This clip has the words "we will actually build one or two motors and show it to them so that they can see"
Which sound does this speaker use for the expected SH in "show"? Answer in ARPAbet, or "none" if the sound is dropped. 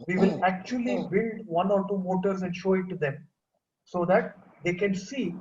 SH